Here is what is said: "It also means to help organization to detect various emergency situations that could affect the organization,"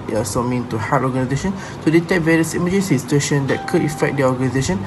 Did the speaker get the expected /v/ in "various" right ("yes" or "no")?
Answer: yes